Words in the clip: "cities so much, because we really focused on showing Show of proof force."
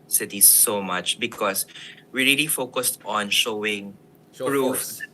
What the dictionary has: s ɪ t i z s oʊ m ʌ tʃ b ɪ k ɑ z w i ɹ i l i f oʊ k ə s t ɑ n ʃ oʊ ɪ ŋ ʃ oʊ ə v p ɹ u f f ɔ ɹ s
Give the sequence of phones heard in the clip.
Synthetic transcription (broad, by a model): s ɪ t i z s oʊ m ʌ tʃ b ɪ k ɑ s w i ɹ i l i f oʊ k ə s t ɑ n ʃ oʊ ɪ ŋ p ɹ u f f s